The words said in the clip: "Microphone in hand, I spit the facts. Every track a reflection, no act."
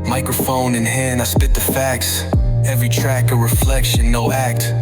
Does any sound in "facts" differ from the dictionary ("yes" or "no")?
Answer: no